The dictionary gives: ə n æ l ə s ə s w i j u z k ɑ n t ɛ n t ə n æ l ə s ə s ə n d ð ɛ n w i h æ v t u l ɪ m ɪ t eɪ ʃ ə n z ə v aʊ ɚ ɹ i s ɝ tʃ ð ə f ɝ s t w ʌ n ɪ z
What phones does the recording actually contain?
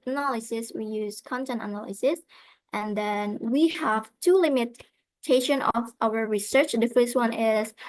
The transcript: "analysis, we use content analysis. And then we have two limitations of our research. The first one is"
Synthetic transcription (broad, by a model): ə n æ l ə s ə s w i j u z k ɑ n t ɛ n t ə n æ l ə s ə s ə n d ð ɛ n w i h æ v t u l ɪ m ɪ t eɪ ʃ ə n ə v aʊ ɚ ɹ i s ɝ tʃ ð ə f ɝ s t w ʌ n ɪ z